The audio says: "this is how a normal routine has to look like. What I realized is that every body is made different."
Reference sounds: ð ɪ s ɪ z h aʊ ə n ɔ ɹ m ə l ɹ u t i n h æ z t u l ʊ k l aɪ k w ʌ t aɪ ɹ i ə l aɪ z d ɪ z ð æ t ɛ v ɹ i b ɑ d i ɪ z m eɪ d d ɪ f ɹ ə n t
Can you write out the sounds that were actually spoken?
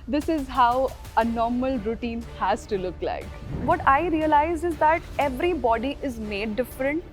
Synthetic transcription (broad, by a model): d ɪ s ɪ z h aʊ ə n ɔ ɹ m ə l ɹ u t i n h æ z t u l ʊ k l aɪ k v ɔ t aɪ ɹ i ə l aɪ z ɪ z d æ t ɛ v ɹ i b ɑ d i ɪ z m eɪ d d ɪ f ɹ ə n t